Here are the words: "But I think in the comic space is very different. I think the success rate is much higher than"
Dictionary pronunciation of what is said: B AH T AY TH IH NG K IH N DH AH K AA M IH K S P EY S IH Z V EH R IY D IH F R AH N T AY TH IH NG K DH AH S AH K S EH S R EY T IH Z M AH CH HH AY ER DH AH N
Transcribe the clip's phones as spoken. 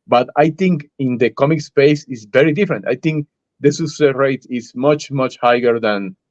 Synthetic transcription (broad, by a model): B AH T AY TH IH NG K IH N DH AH K AA M IH K S P EY S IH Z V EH R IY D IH F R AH N T AY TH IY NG K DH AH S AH S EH R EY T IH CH M AH CH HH AY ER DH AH N